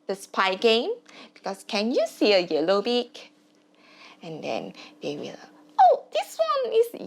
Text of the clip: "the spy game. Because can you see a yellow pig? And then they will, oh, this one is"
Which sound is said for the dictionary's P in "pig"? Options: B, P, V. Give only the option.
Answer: B